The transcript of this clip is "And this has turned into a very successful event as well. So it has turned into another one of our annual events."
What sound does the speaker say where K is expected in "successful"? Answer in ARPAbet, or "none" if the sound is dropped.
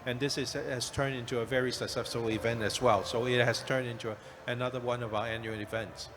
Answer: none